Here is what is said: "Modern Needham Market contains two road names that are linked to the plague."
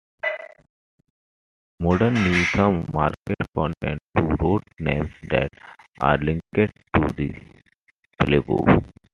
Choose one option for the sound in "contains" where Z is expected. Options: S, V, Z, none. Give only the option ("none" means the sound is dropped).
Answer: none